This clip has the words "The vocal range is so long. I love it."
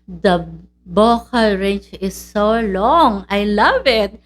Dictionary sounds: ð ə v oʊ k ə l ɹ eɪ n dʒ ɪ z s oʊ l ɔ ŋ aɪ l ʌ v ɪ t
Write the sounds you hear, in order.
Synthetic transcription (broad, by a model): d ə b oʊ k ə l ɹ eɪ n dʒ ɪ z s oʊ l ɔ ŋ aɪ l ʌ v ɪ t